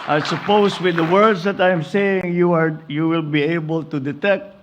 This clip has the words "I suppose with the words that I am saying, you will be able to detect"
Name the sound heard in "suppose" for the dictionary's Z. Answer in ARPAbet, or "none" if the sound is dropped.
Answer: S